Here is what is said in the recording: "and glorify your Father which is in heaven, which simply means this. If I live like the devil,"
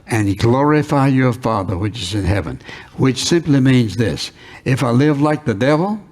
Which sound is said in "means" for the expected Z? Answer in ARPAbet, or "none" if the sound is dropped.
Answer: Z